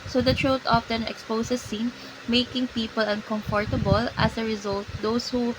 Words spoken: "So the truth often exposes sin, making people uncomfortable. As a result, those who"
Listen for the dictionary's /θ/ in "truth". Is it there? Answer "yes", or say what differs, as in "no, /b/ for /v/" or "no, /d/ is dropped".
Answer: no, /t/ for /θ/